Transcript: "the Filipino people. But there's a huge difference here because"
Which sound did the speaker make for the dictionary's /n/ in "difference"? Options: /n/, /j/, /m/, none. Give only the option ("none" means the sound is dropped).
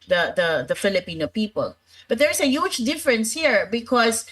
/n/